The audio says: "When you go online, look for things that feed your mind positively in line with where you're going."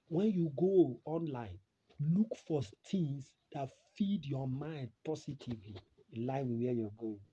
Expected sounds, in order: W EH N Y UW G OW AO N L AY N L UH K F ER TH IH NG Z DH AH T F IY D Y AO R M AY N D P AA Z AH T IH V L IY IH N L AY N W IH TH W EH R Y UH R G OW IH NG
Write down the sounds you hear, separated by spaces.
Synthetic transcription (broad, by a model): W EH N Y UW G OW AO N L AY N L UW K F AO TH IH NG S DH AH T F IY D Y AO M AY N D P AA S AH T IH V L IY L AY N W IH W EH Y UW G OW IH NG